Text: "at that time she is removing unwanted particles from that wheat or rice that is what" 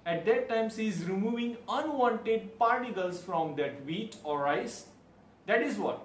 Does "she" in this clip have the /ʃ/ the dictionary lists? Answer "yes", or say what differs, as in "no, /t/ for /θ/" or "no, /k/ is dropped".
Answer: no, /s/ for /ʃ/